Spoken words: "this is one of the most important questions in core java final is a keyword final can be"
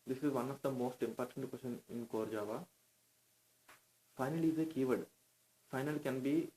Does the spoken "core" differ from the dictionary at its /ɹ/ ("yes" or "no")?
no